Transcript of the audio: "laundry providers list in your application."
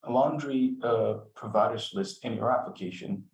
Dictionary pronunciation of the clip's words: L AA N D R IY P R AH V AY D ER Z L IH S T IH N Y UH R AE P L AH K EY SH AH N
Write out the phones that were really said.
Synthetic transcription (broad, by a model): L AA N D R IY P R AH V AY D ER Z L IH S T IH N Y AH R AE P L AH K EY SH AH N